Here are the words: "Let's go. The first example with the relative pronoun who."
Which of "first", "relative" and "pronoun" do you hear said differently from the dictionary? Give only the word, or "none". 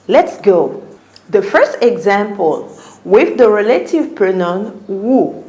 pronoun